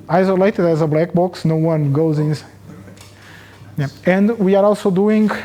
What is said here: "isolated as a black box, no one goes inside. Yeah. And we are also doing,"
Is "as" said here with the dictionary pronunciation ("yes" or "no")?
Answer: yes